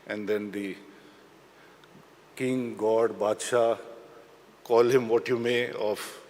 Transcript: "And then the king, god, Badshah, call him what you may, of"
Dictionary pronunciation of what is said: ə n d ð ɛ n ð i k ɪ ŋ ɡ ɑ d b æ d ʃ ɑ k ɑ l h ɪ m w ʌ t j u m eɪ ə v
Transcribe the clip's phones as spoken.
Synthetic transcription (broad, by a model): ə n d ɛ n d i k ɪ ŋ ɡ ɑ d b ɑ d ʃ ɑ k ɑ l h ɪ m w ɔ t j u m eɪ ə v